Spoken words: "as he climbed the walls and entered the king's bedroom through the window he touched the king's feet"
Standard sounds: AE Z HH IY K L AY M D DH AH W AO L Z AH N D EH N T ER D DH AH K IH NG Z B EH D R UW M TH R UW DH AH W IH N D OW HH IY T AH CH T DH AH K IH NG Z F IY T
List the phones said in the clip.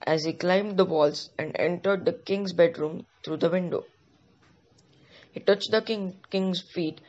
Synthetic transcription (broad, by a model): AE Z HH IY K L AY M D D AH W AO L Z AH N D EH N T ER D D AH K IH NG Z B EH D R UW M T R UW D AH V IH N D OW HH IY T AH CH T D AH K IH NG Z F IY T